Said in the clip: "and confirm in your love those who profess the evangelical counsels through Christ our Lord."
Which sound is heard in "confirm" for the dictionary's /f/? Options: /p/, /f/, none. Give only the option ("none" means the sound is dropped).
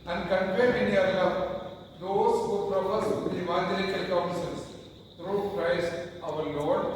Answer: /p/